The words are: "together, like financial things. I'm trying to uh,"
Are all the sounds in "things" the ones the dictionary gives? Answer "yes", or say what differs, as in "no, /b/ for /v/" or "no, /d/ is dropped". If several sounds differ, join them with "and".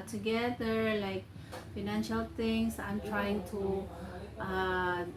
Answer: no, /t/ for /θ/ and /s/ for /z/